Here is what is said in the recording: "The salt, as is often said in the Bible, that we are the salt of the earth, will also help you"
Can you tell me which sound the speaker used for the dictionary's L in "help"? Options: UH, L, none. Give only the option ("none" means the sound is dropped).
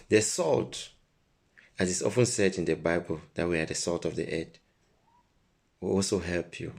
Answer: L